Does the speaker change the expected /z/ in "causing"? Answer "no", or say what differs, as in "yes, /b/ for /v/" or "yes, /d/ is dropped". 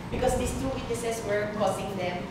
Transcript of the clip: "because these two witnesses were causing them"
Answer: yes, /s/ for /z/